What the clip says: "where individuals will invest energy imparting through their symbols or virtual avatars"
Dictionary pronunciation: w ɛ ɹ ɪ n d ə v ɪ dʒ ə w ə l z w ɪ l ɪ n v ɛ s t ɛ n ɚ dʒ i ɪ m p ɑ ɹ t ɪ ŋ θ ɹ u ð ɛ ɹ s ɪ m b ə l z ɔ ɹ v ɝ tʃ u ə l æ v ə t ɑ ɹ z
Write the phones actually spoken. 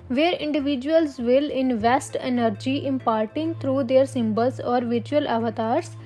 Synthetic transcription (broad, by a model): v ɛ ɹ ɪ n d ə v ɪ dʒ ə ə l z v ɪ l ɪ n v ɛ s t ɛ n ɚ dʒ i ɪ m p ɑ ɹ t ɪ ŋ t ɹ u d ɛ ɹ s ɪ m b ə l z ɔ ɹ v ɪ tʃ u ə l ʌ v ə t ɑ ɹ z